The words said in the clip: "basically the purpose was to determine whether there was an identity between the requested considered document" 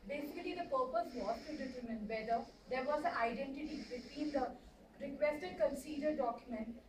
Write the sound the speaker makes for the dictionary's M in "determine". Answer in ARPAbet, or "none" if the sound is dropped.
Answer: M